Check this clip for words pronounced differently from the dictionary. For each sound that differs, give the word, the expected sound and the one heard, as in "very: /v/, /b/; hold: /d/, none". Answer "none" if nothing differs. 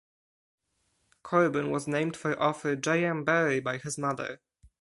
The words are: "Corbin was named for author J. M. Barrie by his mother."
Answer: author: /θ/, /f/